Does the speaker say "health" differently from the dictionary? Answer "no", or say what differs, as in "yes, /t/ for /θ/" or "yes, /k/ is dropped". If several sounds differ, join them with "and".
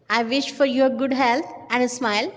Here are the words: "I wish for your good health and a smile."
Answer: yes, /t/ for /θ/